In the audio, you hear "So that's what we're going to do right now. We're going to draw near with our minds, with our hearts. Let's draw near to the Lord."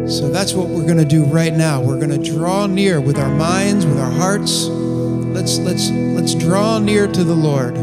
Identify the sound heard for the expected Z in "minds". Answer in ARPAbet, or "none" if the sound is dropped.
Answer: Z